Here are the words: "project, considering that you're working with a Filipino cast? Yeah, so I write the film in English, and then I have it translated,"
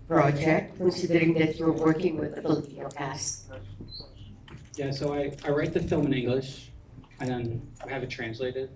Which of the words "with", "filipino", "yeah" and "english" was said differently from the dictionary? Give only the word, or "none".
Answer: filipino